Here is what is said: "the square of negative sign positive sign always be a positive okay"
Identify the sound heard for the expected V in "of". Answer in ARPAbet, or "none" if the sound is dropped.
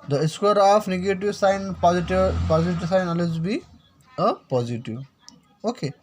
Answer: P